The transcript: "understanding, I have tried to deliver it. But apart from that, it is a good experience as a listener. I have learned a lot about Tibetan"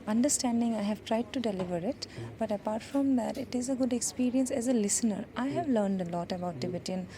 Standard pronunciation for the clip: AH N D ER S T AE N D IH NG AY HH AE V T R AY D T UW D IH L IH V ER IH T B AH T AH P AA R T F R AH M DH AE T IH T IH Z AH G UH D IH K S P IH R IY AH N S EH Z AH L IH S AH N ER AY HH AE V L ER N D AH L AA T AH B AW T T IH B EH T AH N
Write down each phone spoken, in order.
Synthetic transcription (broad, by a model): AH N D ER S T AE N D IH NG AY HH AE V T R AY D T UW D IH L IH V ER IH T B AH T AH P AA R T F R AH M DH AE T IH T IH Z AH G UH D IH K S P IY R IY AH N S EH Z AH L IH S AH N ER AY HH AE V L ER N D AH L AA T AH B AW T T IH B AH T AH N